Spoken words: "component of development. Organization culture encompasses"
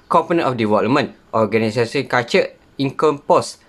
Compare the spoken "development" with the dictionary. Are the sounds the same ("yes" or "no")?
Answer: no